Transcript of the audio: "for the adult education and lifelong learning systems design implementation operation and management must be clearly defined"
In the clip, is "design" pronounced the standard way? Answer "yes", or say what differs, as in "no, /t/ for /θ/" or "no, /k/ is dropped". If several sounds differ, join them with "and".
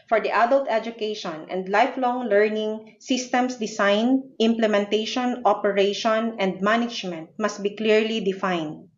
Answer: no, /s/ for /z/